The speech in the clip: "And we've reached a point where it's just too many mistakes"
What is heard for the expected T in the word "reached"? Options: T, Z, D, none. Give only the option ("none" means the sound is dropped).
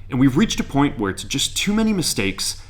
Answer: T